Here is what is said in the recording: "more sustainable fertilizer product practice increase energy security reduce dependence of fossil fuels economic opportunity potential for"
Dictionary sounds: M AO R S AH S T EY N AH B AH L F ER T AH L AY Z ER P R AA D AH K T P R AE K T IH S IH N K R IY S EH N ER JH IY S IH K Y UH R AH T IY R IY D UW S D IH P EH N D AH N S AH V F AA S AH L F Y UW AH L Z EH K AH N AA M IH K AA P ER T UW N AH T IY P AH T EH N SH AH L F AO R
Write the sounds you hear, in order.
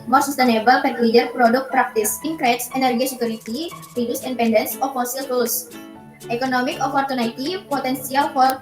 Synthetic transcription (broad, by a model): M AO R S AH S T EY N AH B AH L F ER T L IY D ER P R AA D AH K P R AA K T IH S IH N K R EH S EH N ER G IY S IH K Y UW R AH T IY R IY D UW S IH P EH N D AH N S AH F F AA S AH L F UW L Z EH K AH N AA M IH K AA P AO T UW N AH T IY P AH T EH N S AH L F AO R